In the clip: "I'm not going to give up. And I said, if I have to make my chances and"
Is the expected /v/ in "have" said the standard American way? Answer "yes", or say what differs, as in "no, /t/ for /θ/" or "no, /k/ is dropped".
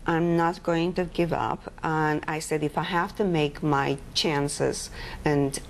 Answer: no, /f/ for /v/